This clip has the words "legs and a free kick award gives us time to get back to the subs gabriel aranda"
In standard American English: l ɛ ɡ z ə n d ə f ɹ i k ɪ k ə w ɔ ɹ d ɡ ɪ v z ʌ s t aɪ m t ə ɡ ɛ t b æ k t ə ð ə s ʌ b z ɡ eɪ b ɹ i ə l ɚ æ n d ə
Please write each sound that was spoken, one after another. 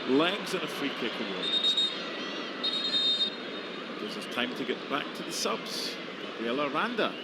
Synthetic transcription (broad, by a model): l ɛ ɡ z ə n ə f ɹ i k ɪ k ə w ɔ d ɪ z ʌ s t aɪ m t ə ɡ ɛ t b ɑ k t ə ð ə s ʌ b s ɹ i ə l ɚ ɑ n d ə